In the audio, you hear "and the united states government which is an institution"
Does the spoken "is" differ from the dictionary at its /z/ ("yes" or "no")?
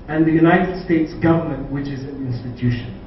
no